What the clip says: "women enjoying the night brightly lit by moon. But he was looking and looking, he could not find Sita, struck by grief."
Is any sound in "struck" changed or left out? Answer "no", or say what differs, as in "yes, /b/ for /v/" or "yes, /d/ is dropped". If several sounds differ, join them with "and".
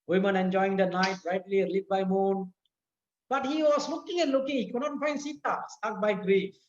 yes, /ɹ/ is dropped